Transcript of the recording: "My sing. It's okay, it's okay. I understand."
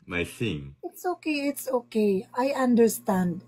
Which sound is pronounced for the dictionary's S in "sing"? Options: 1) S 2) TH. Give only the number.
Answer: 2